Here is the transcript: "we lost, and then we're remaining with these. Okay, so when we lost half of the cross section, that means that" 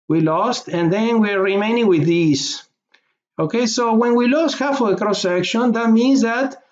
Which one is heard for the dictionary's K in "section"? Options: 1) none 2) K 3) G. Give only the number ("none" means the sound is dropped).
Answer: 2